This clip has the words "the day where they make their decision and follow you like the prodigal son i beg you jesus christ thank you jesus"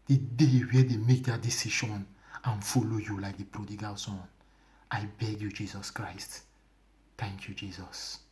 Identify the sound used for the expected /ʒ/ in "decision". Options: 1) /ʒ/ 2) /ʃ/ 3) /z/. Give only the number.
2